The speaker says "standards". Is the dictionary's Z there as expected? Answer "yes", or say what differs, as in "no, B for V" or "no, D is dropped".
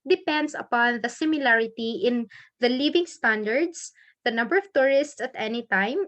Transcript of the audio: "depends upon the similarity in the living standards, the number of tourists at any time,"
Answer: no, S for Z